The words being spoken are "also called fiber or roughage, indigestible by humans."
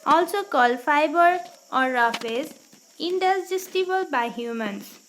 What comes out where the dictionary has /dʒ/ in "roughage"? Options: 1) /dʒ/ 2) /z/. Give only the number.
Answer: 2